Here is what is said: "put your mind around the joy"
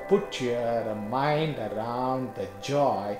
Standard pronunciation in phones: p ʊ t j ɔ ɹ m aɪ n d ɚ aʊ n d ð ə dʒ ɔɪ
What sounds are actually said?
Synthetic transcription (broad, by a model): p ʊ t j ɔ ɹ m aɪ n d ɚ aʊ n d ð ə dʒ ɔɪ